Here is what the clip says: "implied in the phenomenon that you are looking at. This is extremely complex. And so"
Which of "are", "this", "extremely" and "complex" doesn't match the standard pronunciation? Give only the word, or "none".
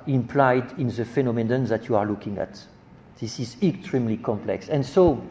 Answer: none